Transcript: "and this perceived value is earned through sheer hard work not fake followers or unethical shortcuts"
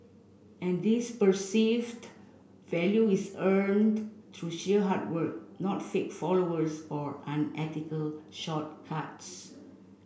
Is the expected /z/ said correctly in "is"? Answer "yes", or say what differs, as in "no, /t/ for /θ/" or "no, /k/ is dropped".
no, /s/ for /z/